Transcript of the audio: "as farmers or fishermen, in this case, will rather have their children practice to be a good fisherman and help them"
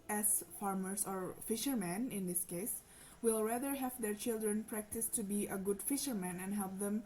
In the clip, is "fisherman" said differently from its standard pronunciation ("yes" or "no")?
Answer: no